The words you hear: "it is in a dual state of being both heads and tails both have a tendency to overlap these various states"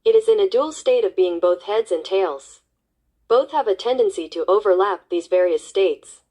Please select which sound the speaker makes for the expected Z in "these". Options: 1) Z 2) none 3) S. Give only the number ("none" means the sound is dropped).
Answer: 1